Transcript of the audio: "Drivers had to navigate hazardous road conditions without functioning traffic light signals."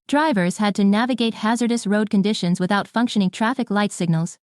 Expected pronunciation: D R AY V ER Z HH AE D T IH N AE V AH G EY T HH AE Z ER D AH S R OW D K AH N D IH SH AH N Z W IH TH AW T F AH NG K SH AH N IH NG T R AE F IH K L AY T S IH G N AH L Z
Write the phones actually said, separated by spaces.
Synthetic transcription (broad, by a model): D R AY V ER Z HH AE D T IH N AE V AH G EY T HH AE Z ER D AH S R OW D K AH N D IH SH AH N Z W IH TH AW T F AH NG K SH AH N IH NG T R AE F IH K L AY T S IH G N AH L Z